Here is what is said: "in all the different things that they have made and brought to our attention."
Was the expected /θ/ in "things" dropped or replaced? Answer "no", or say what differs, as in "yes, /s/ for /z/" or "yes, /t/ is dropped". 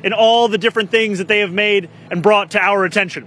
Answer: no